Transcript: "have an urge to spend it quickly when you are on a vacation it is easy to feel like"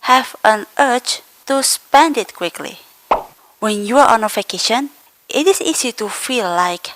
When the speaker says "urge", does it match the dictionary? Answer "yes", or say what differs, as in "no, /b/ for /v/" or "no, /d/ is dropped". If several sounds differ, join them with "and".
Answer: no, /tʃ/ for /dʒ/